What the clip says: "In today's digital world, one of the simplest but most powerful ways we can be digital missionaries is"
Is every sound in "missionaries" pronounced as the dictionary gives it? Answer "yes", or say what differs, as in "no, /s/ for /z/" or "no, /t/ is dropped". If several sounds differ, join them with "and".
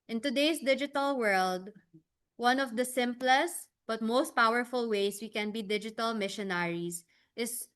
no, /s/ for /z/